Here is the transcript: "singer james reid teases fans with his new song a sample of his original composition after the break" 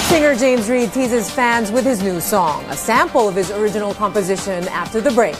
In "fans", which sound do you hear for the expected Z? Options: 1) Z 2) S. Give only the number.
1